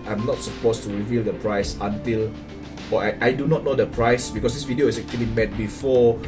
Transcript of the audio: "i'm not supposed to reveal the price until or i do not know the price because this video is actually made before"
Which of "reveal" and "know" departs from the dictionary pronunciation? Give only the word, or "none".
none